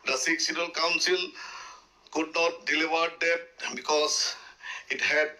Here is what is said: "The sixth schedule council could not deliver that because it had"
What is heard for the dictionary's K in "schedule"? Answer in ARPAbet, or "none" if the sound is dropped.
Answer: none